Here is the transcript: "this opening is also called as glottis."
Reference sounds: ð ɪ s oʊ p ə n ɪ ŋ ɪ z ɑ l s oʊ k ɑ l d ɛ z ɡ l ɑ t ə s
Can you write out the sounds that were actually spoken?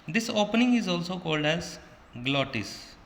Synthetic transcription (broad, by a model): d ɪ s oʊ p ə n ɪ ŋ ɪ z ɑ l s oʊ k ɑ l d ɛ z ɡ l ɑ t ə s